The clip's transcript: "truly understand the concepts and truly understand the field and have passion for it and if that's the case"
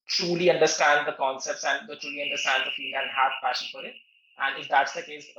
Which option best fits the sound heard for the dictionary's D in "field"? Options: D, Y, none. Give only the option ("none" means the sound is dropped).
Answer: none